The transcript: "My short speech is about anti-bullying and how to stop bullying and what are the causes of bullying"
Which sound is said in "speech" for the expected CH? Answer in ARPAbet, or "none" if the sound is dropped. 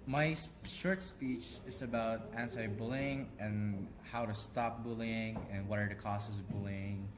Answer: CH